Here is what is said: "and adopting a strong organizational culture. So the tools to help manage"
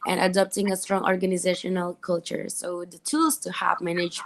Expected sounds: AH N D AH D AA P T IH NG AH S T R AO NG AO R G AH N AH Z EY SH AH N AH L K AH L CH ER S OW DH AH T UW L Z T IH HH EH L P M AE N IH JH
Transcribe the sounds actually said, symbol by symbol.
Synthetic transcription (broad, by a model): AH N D AH D AA P T IH NG AH S T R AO NG AO R G AH N AH Z EY SH AH N AH L K AH L CH ER S OW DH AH T UW L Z T IH HH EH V M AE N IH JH